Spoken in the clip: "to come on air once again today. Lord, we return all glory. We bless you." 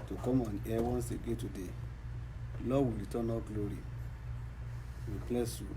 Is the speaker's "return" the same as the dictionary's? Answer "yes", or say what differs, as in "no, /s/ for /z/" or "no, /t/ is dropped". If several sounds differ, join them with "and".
no, /l/ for /ɹ/